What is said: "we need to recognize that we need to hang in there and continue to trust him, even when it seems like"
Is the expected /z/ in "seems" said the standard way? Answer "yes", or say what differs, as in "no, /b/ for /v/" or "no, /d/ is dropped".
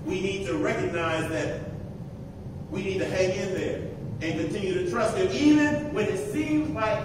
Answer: yes